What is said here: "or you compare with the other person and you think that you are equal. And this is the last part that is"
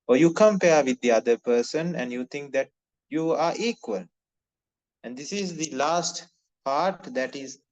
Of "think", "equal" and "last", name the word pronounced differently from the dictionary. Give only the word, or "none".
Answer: think